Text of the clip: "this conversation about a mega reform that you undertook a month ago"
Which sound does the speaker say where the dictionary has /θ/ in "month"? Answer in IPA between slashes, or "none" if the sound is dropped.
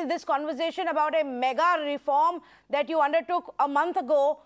/t/